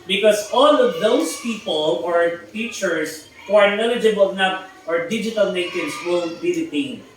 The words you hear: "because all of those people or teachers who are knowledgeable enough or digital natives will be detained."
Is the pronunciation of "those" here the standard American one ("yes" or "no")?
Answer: no